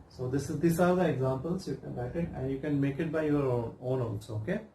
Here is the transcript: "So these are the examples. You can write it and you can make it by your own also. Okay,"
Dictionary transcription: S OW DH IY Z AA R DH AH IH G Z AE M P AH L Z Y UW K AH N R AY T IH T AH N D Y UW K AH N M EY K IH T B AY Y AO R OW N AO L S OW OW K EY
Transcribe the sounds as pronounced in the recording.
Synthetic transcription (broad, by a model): S OW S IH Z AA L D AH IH G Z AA M P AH L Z Y UW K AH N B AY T IH T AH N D Y UW K AH N M EY K IH T B AY Y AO R OW N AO N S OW OW K EY